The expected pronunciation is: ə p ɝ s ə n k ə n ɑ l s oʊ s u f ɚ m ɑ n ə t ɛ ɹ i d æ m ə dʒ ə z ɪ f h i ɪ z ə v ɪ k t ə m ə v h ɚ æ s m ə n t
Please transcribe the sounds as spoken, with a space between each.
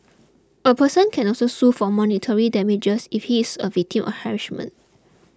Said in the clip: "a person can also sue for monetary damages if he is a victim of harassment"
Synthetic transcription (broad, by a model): ə p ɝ s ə n k ə n ɑ l s oʊ s u f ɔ m ɑ n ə t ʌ ɹ i d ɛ m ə dʒ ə s ɪ f h i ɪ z ə v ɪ k t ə m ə f h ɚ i ʃ m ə n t